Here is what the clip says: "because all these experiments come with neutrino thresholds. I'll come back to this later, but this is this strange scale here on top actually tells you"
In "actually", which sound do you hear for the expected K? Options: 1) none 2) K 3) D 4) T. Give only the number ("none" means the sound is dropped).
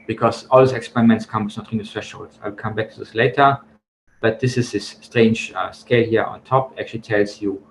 2